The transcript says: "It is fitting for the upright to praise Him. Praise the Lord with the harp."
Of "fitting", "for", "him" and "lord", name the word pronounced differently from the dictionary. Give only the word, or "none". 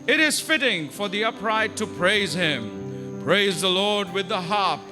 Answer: none